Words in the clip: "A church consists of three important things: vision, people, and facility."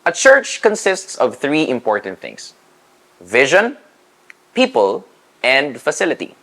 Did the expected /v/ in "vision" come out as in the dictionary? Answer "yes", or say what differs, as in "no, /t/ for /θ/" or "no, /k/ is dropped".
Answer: yes